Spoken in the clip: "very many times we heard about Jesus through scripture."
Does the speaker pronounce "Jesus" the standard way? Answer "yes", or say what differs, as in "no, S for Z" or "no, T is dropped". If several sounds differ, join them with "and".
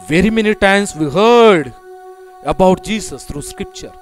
no, S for Z